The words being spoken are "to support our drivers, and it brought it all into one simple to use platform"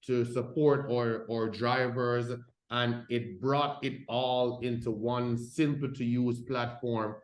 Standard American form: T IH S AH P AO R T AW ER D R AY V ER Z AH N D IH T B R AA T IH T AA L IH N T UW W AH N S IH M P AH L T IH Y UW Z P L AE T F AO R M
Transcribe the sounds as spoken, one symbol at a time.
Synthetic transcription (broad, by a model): T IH S AH P AO R T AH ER D R AY V ER Z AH N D IH T B R AA T IH T AA L IH N T UW W AH N S IH M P L T IH Y UW Z P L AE T F AO R M